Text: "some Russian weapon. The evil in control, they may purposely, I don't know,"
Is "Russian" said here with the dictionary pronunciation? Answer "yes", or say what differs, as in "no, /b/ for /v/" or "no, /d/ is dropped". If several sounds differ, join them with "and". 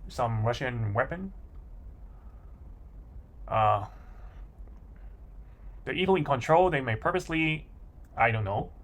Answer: yes